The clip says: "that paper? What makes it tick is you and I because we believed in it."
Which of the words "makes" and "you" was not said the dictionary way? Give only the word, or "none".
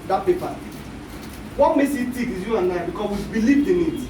makes